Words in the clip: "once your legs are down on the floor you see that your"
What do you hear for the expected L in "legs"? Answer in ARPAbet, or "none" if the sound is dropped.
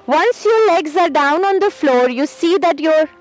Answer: L